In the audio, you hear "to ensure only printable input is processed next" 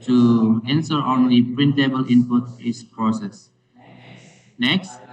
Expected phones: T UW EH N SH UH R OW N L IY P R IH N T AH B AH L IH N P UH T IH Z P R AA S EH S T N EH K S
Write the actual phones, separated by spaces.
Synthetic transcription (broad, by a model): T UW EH N S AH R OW N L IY P R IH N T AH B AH L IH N P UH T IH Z P R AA S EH S N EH K S